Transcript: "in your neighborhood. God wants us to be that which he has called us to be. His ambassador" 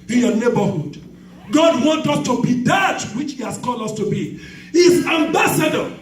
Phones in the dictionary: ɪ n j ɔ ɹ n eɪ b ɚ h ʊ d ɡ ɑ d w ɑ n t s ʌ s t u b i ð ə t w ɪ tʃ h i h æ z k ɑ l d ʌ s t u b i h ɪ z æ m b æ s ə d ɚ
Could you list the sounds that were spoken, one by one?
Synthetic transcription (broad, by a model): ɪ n j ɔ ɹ n eɪ b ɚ h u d ɡ ɑ d w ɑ n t ʌ s t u b i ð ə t w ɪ tʃ h i h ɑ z k ɑ l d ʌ s t u b i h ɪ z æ m b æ s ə d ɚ